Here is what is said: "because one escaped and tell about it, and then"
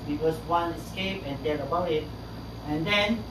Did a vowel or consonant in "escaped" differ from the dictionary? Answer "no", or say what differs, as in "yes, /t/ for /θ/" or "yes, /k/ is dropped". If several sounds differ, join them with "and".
yes, /t/ is dropped